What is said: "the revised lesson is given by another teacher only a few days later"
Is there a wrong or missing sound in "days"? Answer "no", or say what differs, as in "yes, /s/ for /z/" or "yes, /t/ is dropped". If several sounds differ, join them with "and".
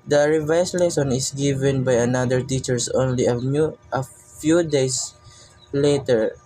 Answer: yes, /s/ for /z/